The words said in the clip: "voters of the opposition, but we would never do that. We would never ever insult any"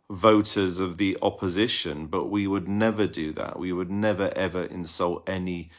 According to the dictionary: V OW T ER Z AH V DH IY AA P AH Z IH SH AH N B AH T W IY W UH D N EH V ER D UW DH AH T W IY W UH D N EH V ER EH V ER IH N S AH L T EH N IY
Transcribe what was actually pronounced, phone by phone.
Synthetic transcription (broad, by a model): V OW T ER Z AH V DH IY AA P AH Z IH SH AH N B AH T W IY W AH D N EH V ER D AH DH AH T W IY W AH D N EH V ER EH V ER IH N S AH L T EH N IY